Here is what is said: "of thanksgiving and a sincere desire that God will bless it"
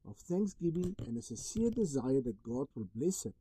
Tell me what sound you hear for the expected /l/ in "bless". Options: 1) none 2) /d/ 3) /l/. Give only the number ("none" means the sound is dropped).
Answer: 3